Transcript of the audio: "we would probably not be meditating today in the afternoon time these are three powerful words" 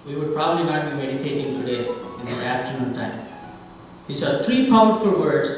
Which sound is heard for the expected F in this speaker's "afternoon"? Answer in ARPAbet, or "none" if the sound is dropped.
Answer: F